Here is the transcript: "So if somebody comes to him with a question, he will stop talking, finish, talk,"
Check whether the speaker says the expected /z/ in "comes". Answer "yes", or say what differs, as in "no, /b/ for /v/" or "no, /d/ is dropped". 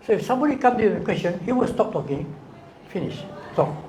no, /z/ is dropped